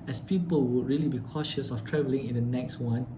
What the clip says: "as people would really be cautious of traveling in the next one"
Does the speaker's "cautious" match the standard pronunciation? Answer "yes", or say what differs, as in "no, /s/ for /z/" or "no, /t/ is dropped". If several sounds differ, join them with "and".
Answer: yes